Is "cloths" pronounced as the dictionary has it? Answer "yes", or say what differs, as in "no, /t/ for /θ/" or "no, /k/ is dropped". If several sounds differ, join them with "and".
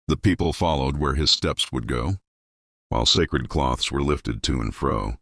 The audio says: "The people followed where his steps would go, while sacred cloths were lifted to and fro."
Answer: yes